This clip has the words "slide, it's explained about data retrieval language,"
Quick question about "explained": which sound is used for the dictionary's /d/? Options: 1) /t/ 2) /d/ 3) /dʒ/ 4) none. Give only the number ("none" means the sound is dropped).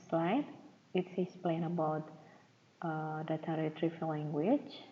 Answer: 4